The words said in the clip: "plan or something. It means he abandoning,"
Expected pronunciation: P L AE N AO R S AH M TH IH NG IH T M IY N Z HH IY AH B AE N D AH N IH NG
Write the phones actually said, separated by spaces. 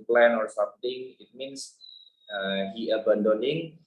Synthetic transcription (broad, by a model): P L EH N AO R S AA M T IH NG IH T M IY N S HH IY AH B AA N D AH N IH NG